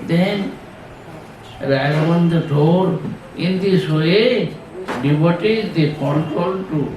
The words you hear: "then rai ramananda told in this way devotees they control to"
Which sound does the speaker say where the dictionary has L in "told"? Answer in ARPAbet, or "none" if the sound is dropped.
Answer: none